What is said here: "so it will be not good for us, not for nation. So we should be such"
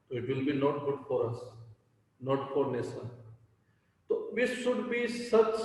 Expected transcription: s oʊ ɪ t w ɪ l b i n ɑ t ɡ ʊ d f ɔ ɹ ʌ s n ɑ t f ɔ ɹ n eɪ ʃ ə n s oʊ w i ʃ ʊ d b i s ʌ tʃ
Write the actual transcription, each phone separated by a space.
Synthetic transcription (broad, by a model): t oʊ ɪ t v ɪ l b i n ɑ t ɡ ʊ d f ɔ ɹ ʌ s n ɑ t f ɔ ɹ n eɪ s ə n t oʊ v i ʃ ʊ d b i s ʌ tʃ